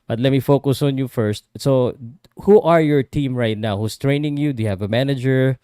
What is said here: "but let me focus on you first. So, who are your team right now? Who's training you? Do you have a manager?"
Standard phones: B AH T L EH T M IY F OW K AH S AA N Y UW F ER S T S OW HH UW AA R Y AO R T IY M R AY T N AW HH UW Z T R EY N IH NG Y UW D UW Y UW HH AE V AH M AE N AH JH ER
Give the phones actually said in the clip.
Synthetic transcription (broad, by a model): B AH T L EH T M IY F OW K AH S AA N Y UW F ER S T S OW HH UW AA R Y AO R T IY M R AY T N AW HH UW S T R EY N IH NG Y UW D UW Y UW HH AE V AH M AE N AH JH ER